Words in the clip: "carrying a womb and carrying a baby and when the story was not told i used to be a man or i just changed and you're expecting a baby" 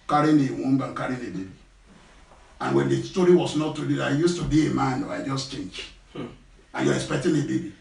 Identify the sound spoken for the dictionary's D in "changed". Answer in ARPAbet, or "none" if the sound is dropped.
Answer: none